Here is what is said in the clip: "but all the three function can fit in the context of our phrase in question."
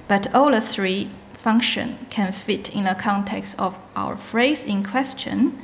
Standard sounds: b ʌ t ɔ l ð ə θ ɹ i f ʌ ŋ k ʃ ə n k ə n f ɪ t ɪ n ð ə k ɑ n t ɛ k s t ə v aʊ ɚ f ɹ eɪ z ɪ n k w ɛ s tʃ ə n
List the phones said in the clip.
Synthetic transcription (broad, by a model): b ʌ t ɔ l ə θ ɹ i f ʌ ŋ k ʃ ə n k ə n f ɪ t ɪ n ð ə k ɑ n t ɛ k s t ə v aʊ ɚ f ɹ eɪ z ɪ n k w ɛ s tʃ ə n